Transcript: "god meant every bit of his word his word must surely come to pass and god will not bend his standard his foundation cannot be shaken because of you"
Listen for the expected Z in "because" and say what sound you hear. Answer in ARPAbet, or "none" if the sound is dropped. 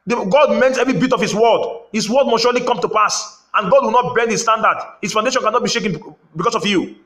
S